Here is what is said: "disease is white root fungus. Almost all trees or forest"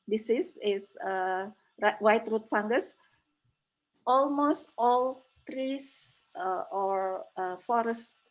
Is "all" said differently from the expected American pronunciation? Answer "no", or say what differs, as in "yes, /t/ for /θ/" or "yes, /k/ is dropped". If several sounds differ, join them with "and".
no